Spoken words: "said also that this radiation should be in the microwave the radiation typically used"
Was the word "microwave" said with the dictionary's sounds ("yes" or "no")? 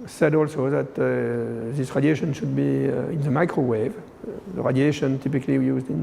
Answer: yes